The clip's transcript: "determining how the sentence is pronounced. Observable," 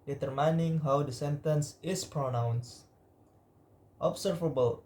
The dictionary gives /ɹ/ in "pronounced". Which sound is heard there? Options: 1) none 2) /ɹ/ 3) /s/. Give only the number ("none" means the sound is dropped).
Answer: 2